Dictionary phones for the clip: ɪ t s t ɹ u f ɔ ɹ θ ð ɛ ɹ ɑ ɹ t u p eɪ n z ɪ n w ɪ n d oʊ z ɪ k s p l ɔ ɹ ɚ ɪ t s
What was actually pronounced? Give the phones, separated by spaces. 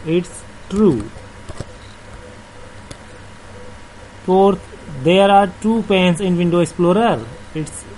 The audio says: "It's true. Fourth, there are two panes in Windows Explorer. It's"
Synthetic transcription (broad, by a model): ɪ t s t ɹ u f ɔ ɹ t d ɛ ɹ ɑ ɹ t u p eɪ n s ɪ n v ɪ n d oʊ ɪ k s p l ɔ ɹ ɚ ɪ t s